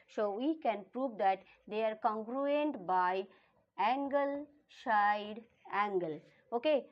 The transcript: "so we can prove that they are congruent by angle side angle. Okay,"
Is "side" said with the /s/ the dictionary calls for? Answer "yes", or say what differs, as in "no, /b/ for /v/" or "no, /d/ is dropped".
no, /ʃ/ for /s/